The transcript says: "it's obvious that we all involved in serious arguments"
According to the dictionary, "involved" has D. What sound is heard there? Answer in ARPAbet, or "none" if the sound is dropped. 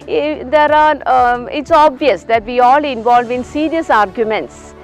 none